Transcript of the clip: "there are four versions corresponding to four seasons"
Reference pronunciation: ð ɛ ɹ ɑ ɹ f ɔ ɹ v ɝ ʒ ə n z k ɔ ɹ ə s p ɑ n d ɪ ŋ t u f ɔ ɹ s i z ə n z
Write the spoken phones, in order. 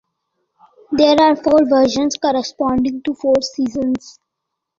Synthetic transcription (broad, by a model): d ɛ ɹ ɑ ɹ f ɔ ɹ v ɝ ʃ ə n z k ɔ ɹ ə s p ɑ n d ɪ ŋ t u f ɔ ɹ s i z ə n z